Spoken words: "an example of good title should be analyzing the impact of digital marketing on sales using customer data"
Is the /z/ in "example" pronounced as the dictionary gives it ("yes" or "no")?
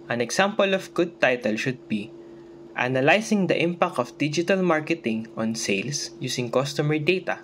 no